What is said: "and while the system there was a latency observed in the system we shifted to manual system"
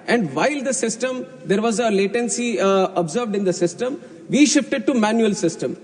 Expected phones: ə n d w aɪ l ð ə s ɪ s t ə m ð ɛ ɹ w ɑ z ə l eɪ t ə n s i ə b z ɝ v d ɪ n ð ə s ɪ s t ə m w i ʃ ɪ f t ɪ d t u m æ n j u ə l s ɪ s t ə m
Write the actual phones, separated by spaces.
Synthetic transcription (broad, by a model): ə n d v aɪ l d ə s ɪ s t ə m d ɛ ɹ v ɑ z ə l eɪ t ə n s i ə b z ɝ v d ɪ n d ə s ɪ s t ə m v i ʃ ɪ f t ɪ d t u m æ n j u ə l s ɪ s t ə m